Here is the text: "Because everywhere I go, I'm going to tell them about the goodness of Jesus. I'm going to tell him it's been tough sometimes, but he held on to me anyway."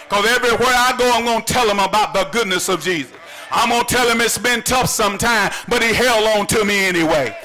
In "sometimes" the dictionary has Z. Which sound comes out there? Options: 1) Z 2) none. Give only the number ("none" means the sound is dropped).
2